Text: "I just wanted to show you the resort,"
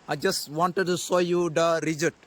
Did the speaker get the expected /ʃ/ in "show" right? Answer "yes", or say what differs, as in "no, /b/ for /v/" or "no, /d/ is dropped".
no, /s/ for /ʃ/